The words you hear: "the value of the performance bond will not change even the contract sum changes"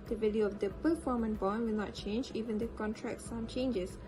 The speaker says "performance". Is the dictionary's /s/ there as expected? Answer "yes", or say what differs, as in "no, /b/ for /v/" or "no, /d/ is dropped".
no, /s/ is dropped